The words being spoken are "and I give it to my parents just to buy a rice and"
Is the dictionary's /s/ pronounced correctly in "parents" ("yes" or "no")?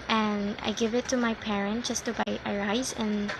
no